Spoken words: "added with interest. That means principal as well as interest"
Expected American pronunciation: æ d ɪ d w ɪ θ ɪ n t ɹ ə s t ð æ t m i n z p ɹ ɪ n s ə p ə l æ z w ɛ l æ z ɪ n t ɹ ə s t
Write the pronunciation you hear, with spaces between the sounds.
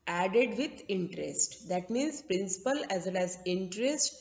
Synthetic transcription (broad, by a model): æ d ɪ d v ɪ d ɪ n t ɹ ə s t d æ t m i n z p ɹ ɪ n s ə p ə l æ z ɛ n æ z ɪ n t ɹ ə s t